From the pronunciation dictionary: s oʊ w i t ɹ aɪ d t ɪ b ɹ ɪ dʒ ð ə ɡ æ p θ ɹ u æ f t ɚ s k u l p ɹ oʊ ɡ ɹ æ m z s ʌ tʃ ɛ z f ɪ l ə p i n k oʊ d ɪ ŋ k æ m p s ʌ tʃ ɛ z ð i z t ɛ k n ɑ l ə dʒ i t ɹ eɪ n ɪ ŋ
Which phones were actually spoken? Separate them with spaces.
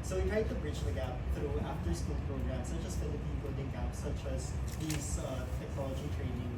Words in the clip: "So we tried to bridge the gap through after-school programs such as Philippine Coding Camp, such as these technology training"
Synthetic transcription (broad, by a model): s oʊ w i t ɹ aɪ d t ɪ b ɹ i tʃ ð ə ɡ æ p θ ɹ u æ f t ɚ s k u l p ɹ oʊ ɡ ɹ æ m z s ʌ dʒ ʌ s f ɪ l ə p i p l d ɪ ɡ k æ p s ʌ tʃ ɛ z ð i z t ɛ k n ɑ l ə dʒ i t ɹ eɪ n ɪ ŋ